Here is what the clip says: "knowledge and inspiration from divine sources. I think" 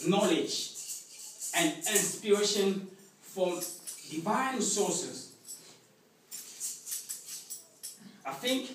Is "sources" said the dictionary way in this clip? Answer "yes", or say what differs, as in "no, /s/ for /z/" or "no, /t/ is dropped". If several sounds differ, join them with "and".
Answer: no, /s/ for /z/